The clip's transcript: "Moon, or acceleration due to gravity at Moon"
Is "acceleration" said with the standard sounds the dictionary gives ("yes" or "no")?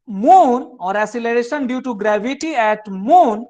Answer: no